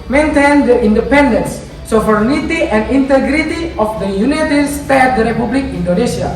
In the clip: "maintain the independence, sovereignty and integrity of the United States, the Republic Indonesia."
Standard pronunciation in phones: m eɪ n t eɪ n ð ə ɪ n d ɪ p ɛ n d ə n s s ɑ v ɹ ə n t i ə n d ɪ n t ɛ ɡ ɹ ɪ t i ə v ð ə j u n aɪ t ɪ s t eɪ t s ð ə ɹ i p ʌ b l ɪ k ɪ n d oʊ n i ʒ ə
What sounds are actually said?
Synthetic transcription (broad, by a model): m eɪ n t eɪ n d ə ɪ n d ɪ p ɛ n d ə n s s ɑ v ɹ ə n t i ə n d ɪ n t ɛ ɡ ɹ ɪ t i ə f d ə j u n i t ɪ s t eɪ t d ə ɹ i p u b l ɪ k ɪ n d oʊ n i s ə